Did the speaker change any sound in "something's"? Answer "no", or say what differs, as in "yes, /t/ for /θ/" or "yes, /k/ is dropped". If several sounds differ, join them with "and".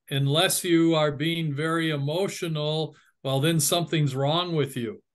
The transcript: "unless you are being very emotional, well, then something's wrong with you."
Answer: no